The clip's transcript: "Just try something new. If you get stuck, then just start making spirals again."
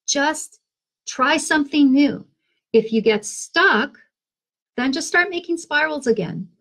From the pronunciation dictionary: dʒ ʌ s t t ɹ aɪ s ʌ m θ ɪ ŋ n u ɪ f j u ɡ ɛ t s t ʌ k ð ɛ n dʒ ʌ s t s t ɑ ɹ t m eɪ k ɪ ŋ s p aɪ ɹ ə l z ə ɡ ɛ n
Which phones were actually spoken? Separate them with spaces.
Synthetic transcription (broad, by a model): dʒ ʌ s t t ɹ aɪ s ʌ m θ ɪ ŋ n u ɪ f j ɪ ɡ ɛ t s t ʌ k ð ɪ n dʒ ʌ s t s t ɑ ɹ t m eɪ k ɪ ŋ s p aɪ ɹ l z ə ɡ ɛ n